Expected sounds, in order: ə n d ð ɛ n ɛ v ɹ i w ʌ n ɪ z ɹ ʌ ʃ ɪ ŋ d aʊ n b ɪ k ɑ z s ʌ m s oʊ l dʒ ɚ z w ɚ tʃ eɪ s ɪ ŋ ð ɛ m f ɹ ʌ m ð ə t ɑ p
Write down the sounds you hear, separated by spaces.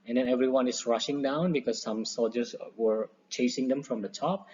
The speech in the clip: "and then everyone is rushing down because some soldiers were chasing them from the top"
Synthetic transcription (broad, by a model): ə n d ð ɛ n ɛ v ɹ i w ʌ n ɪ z ɹ ʌ ʃ ɪ ŋ d aʊ n b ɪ k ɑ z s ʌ m s oʊ l dʒ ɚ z w ɚ tʃ eɪ s ɪ ŋ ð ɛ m f ɹ ʌ m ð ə t ɑ p